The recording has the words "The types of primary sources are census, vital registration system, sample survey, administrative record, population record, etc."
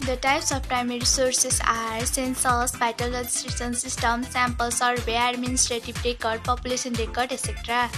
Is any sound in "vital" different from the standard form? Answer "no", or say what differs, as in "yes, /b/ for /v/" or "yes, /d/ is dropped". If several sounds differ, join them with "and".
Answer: yes, /b/ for /v/